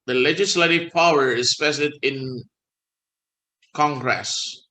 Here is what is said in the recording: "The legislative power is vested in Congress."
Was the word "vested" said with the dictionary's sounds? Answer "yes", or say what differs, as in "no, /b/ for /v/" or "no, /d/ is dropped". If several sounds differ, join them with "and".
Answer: no, /p/ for /v/